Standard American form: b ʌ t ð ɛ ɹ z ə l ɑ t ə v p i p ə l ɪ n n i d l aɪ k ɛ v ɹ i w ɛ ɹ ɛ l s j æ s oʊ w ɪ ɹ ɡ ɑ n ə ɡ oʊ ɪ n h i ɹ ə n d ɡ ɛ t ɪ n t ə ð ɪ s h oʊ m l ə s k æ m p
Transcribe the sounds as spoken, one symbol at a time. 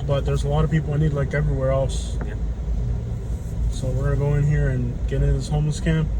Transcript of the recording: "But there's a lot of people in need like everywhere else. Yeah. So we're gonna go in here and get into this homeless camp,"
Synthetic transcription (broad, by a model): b ʌ t ð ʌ ɹ z ə l ɑ t ə v p i p l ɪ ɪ n i d l aɪ k ɛ v ɹ i w ɛ ɹ ɛ l s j s oʊ w ɪ ɹ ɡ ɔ ə ɪ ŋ h i ɹ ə n ɡ ɛ t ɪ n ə ð ɪ s h oʊ m l ə s k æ m p